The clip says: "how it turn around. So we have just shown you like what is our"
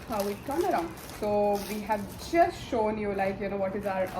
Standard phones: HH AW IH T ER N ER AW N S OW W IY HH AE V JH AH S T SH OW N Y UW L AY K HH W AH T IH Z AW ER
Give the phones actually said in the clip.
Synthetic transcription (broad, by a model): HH AW IH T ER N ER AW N S OW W IY HH AE V JH AH S T SH OW N Y UW L AY K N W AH T IH Z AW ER